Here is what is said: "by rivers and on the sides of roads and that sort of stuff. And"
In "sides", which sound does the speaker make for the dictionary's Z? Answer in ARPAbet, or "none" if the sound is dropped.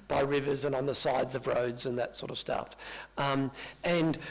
Z